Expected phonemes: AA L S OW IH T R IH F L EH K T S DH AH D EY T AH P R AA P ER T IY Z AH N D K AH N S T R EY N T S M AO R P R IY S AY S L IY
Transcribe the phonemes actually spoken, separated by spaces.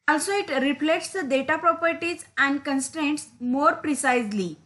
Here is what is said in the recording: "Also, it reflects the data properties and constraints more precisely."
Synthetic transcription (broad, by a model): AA L S OW IH T R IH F L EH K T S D AH D EY T AH P R AA P ER T IY Z AH N D K AH N S T R EY N T S M AO R P R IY S AY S L IY